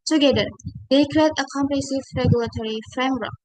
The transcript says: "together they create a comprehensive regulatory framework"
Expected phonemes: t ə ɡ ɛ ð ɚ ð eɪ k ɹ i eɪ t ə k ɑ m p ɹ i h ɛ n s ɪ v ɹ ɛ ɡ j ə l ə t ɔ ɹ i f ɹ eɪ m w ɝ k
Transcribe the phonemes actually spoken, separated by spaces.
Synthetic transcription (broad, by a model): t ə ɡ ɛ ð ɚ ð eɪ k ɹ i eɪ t ə k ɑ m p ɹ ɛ s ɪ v ɹ ɛ ɡ j ə l ə t ɔ ɹ i f ɹ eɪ m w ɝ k